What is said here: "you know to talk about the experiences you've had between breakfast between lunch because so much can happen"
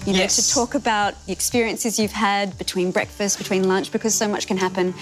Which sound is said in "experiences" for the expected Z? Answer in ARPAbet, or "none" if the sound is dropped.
Z